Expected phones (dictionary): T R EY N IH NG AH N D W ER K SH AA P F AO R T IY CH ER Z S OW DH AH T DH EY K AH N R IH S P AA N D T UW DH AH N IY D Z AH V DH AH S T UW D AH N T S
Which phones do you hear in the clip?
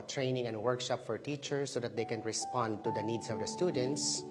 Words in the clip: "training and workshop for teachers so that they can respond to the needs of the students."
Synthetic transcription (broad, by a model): T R EY N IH NG AH N D W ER K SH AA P F AO R T IY CH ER S OW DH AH T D EY K AH N R IH S P AA N D T UW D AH N IY D S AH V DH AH S T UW D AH N T S